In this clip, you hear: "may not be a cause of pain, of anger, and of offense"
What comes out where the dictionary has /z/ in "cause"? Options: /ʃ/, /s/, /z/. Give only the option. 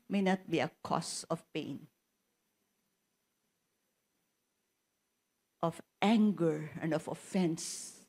/s/